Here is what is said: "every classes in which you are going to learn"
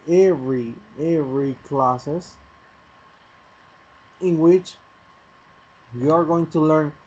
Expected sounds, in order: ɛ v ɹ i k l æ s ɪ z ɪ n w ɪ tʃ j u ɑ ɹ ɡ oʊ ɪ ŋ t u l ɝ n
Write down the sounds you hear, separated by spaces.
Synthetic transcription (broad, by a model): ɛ v ɹ i k l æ s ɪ s ɪ n w ɪ tʃ j u ɑ ɹ ɡ oʊ ɪ ŋ t u l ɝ n